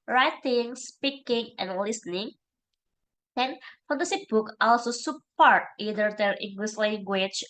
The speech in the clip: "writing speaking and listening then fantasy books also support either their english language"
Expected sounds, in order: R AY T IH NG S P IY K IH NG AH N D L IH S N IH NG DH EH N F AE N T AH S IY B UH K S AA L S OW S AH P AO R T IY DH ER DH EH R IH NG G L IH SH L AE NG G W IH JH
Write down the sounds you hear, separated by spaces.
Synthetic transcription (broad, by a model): R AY T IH NG S P IY K IH NG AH N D L IH S N IH NG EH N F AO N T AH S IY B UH K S AA L S OW S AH P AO R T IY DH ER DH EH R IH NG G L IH S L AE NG G W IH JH